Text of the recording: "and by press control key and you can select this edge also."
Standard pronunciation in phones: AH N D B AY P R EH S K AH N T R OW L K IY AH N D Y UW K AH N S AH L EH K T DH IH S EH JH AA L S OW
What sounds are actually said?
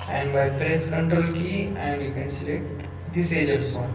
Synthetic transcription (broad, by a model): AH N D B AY P R EH S K AH N T R OW L K IY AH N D Y UW K AH N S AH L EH T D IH S EH JH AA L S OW